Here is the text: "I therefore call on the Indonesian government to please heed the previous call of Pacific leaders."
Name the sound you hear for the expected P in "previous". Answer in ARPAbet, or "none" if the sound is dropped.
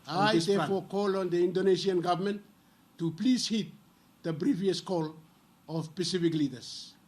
B